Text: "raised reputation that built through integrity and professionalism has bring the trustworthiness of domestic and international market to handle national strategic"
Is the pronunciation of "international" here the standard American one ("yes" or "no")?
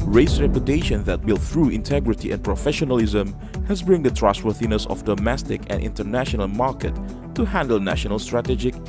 yes